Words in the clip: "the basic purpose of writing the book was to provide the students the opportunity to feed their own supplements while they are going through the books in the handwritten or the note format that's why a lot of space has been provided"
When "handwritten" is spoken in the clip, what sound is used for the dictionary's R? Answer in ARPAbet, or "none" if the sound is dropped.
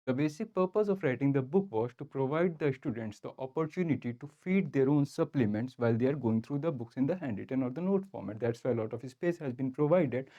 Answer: none